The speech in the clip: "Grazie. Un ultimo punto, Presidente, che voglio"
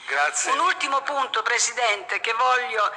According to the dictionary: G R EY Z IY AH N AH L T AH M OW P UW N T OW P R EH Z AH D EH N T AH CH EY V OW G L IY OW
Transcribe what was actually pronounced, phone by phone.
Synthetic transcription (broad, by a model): G R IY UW N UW L T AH M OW P UW N T OW P R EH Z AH D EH N T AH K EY V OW L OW